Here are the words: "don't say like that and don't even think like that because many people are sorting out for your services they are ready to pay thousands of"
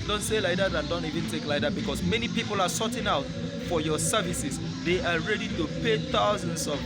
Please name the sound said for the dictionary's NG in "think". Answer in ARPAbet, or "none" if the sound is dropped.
none